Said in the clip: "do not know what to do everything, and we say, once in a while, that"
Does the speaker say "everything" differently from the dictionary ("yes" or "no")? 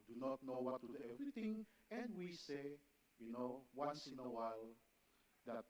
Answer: yes